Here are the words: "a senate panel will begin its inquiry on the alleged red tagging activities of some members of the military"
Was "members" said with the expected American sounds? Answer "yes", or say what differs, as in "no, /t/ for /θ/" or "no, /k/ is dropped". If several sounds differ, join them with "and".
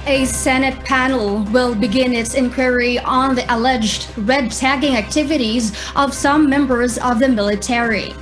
yes